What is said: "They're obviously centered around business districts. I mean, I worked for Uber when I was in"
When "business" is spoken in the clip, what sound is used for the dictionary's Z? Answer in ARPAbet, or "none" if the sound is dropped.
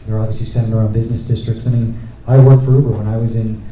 Z